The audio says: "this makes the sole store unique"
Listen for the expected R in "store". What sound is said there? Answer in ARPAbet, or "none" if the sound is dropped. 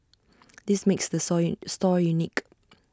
R